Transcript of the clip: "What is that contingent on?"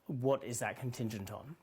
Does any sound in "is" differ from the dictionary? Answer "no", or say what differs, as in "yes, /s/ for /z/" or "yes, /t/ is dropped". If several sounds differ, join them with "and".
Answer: no